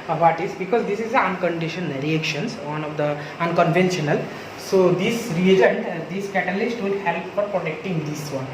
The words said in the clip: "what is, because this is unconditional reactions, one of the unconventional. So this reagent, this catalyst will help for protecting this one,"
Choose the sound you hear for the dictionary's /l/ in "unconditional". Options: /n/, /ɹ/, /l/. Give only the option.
/n/